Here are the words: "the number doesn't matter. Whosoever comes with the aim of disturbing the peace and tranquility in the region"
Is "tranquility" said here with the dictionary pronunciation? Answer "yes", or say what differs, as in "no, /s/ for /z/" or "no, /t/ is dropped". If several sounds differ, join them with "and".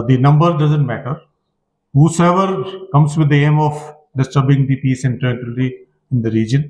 no, /ŋ/ is dropped